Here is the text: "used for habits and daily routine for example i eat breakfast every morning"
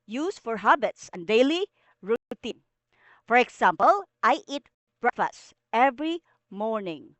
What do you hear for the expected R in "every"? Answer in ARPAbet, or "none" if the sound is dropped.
R